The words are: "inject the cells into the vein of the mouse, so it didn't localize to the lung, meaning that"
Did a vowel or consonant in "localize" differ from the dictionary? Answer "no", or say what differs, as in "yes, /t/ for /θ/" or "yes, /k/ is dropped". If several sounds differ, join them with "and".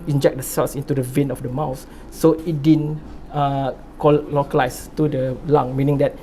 yes, /s/ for /z/